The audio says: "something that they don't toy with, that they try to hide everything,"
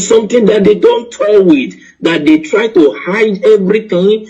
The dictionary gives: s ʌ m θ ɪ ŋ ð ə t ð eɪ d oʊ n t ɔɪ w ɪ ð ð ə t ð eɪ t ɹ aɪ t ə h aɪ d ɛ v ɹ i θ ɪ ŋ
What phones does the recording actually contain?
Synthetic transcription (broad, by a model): s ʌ m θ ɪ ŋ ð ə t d eɪ d oʊ n t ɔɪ w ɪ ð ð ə t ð eɪ t ɹ aɪ t ə h aɪ d ɛ v ɹ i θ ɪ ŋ